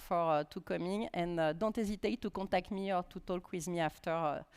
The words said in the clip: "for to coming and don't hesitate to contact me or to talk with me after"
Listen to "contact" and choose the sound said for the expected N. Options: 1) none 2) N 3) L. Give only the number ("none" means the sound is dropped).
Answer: 1